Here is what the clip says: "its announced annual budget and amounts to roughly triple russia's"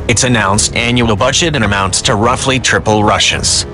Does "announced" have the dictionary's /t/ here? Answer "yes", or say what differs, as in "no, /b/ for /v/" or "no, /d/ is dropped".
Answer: yes